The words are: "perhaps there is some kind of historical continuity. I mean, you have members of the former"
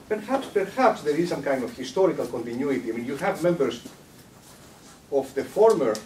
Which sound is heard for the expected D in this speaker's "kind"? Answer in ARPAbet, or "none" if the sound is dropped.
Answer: D